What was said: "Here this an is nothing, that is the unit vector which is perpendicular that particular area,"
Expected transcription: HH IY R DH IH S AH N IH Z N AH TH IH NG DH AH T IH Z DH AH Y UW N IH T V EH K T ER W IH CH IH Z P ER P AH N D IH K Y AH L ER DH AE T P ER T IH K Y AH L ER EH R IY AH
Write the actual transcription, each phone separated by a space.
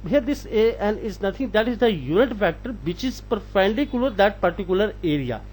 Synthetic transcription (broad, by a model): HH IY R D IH S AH N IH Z N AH T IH NG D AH T IH Z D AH Y UW N IH T F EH K T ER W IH CH IH Z P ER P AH N D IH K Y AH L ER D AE T P ER T IH K Y AH L ER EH R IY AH